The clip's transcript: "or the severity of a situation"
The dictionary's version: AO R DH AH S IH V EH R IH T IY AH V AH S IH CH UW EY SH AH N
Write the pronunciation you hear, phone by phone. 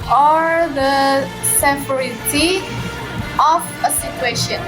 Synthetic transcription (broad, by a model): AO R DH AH S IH F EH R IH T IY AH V AH S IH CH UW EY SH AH N